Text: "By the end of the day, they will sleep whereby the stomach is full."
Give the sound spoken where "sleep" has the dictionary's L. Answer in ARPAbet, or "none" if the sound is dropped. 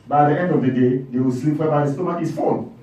L